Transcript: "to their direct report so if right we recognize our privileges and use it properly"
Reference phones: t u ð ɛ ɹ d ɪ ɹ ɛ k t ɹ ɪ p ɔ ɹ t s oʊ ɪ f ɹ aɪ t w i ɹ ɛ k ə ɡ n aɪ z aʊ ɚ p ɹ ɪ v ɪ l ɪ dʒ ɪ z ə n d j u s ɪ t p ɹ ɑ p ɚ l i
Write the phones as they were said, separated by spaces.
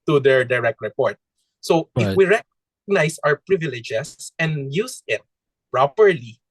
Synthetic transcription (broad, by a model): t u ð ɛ ɹ d ɪ ɹ ɛ k t ɹ ɪ p ɔ ɹ t s oʊ ɪ f w i ɹ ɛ k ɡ n aɪ s aʊ ɚ p ɹ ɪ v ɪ l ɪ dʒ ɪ s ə n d j u s ɪ t p ɹ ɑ p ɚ l i